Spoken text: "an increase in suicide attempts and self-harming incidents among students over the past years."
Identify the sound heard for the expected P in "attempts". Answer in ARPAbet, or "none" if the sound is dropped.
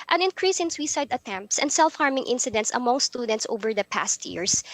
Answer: P